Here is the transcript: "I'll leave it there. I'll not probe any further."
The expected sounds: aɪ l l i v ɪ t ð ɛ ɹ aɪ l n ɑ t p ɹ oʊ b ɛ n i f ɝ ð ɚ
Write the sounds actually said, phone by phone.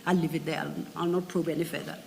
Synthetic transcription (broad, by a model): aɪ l l i v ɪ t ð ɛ l aɪ l n ɑ t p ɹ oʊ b ɛ n i f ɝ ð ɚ